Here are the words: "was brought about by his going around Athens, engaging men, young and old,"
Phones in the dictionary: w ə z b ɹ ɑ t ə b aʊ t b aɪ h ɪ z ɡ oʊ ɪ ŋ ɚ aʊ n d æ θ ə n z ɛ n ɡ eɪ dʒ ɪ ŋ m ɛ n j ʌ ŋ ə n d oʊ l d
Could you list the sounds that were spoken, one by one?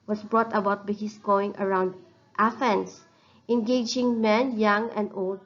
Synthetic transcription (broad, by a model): w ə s b ɹ ɑ t ə b aʊ t b aɪ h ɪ s ɡ oʊ ɪ ŋ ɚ aʊ n d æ f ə n s ɛ n ɡ eɪ dʒ ɪ ŋ m ɛ n j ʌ ŋ ə n d oʊ l d